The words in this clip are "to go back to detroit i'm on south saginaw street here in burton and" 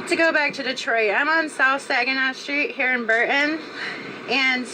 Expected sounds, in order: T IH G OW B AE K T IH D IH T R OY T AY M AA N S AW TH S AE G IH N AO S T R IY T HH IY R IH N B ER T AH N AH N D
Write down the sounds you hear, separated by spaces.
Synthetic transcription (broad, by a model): T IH G OW B AE K T IH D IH T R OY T AY M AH N S AW TH S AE G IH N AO S T R IY T HH IY R IH N B ER T N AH N